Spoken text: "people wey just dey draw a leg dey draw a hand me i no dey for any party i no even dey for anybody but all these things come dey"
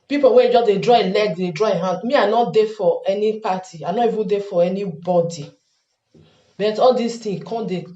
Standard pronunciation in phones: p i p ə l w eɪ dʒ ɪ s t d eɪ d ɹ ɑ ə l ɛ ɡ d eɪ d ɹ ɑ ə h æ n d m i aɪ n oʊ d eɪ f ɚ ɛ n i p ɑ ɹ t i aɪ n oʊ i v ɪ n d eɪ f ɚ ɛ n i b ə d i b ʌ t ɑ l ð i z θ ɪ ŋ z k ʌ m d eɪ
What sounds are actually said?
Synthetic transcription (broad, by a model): p i p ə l w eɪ dʒ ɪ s d eɪ d ɹ ɑ ə l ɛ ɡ d eɪ d ɹ ɑ ə h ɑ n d m i aɪ n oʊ d eɪ f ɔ ɛ n i p ɑ t i aɪ n oʊ i v ɪ n d eɪ f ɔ ɛ n i b ə d i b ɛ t ɑ l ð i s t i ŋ k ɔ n d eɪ